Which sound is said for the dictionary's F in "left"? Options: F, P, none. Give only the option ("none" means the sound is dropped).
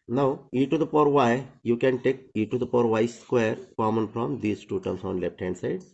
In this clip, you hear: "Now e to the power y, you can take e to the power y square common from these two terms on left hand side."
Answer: P